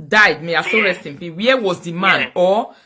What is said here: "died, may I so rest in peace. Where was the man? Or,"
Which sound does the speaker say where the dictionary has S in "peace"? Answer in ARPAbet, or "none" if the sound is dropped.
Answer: none